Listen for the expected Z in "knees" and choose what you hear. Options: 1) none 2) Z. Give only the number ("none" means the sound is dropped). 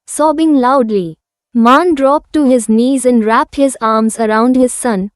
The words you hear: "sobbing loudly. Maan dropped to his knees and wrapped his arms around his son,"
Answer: 2